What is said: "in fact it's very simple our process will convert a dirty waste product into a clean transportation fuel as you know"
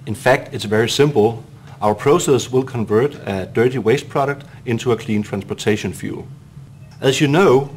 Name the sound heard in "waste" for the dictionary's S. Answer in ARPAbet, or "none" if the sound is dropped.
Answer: S